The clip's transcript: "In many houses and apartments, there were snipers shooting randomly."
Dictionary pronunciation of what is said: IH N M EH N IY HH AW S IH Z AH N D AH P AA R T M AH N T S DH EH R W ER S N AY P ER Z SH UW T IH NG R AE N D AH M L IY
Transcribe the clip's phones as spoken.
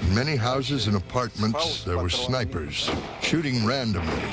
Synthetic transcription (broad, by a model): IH N M EH N IY HH AW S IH Z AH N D AH P AA R T M AH N T S DH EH R W ER S N AY P ER Z SH UW T IH NG R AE N D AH M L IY